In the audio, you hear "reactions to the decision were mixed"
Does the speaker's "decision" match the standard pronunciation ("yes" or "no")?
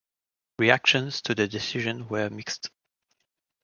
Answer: yes